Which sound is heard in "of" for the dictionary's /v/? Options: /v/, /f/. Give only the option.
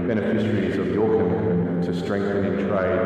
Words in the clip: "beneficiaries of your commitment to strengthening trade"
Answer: /v/